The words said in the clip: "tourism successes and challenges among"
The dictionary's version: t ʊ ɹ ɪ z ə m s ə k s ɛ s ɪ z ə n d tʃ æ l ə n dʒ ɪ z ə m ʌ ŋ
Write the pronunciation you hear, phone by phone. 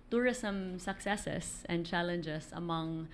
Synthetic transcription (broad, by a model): t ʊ ɹ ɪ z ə m s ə k s ɛ s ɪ s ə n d tʃ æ l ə n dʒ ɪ s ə m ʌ ŋ